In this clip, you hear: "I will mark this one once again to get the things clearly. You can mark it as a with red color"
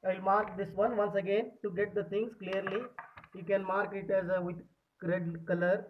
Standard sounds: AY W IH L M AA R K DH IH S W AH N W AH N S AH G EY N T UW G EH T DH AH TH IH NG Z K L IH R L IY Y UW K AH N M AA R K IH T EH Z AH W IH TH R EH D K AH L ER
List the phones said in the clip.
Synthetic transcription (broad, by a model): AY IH L M AA R K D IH S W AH N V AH N S AH G EY N T UW G EH T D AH T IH NG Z K L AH R L IY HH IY K AH N M AA R K IH T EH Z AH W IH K R EH D K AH L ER